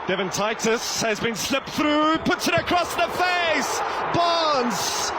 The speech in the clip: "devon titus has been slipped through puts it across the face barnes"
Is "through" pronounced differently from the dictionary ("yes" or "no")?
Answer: no